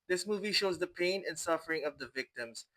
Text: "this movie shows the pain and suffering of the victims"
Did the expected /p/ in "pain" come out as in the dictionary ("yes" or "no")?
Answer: yes